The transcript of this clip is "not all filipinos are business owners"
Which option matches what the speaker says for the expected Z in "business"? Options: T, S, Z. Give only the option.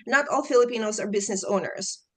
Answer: Z